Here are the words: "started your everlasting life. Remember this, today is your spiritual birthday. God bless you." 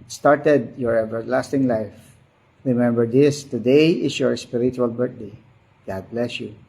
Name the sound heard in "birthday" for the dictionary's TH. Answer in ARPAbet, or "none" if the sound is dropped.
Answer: T